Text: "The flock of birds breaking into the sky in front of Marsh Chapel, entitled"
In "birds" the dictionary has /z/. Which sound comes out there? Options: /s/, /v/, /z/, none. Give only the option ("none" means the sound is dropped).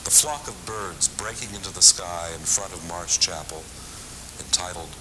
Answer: /z/